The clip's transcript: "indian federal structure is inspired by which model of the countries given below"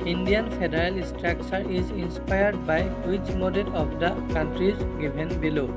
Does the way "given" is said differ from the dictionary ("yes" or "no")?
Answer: yes